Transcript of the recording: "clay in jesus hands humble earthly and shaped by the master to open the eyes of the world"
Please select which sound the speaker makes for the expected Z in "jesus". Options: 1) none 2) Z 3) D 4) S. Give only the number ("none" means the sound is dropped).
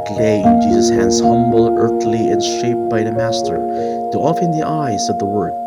2